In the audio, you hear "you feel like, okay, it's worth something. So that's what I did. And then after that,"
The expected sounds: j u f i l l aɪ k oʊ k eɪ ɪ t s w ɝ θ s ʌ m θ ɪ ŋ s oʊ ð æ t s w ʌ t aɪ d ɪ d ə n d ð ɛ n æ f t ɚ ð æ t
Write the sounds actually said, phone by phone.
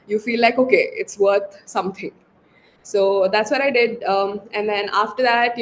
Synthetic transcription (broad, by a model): j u f i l l aɪ k oʊ k eɪ ɪ t s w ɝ t s ʌ m t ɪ ŋ s oʊ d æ t s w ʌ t aɪ d ɪ d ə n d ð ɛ n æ f t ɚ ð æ t